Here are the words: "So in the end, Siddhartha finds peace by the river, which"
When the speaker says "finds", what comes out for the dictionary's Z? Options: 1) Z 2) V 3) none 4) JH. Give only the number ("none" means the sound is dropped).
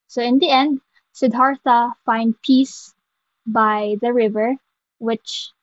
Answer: 3